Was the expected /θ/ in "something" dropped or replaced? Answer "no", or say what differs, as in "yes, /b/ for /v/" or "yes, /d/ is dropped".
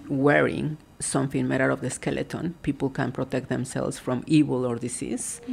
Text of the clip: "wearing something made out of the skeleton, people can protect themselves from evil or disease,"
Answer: yes, /f/ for /θ/